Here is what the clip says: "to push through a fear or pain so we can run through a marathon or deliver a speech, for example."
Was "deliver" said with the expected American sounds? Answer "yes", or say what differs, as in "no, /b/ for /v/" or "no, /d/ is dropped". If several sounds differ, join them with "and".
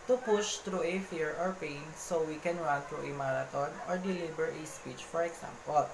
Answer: no, /b/ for /v/